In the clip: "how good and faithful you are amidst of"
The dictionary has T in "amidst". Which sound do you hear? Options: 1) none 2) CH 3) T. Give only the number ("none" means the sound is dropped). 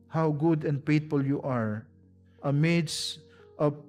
3